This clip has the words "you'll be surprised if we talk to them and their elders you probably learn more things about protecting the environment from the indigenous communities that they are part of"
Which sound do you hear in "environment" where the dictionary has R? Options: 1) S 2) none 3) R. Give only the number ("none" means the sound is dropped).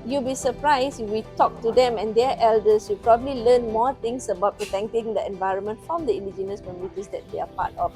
3